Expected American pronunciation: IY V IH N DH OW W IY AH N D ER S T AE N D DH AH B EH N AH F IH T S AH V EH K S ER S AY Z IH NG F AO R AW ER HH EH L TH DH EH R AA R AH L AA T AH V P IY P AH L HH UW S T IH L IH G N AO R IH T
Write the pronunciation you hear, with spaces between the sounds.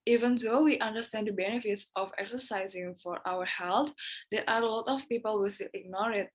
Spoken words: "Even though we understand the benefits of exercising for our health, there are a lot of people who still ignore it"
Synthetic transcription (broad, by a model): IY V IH N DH OW W IY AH N D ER S T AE N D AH B EH N AH F IH T S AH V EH K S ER S AY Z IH NG F AO R AW ER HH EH L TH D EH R AA R AH L AA T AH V P IY P AH L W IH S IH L IH G N AO R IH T